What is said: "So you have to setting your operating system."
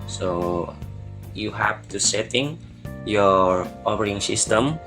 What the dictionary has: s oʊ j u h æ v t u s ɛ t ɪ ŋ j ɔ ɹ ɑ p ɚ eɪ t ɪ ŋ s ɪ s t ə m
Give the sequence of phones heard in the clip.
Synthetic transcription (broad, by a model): s oʊ j u h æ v t u s ɛ t ɪ ŋ j ɔ ɹ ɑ f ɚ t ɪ ŋ s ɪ s t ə m